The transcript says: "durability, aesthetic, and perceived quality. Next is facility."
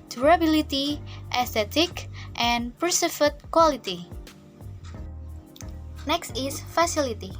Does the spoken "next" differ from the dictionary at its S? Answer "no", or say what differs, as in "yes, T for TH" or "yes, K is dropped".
no